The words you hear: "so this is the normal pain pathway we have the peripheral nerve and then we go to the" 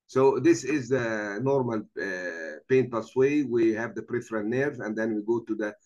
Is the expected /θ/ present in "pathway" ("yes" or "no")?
no